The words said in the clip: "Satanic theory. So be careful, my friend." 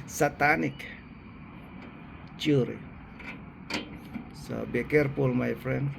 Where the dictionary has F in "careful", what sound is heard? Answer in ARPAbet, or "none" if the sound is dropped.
P